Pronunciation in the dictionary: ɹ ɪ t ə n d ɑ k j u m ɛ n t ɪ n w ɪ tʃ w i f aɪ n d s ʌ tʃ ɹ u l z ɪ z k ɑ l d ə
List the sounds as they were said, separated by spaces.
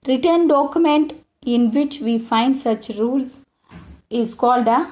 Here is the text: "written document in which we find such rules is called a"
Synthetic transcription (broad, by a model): ɹ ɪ t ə n d ɑ k j u m ɛ n t ɪ n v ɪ tʃ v i f aɪ n d s ʌ tʃ ɹ u l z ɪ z k ɑ l d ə